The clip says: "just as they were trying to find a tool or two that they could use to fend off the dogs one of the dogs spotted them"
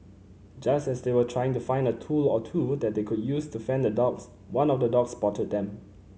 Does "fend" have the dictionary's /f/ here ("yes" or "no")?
yes